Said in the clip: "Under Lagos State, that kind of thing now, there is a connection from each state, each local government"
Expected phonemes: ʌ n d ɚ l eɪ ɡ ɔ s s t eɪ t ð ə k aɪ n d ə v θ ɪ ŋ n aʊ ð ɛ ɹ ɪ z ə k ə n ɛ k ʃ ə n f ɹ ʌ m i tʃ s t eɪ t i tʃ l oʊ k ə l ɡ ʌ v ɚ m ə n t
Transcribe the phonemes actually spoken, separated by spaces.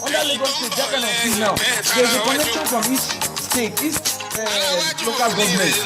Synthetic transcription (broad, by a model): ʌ n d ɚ l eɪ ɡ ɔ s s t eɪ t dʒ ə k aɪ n ə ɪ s n aʊ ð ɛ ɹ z ə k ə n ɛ k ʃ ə n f ɹ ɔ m i tʃ s t eɪ t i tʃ l oʊ k ə l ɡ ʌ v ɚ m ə n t